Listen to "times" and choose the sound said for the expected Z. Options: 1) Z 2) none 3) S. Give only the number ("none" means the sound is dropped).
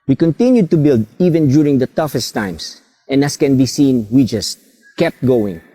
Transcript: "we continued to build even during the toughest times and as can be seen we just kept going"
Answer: 3